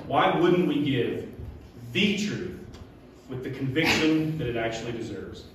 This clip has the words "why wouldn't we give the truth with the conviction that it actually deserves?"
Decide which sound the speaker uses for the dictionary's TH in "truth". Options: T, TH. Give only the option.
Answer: TH